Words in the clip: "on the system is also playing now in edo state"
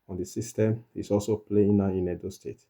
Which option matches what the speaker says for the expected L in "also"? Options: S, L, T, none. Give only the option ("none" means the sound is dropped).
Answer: L